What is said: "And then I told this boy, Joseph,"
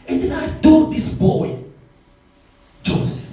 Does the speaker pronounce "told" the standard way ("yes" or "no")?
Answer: no